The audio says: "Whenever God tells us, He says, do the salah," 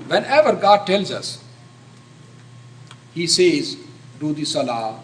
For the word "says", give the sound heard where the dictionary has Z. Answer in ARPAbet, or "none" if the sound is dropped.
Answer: Z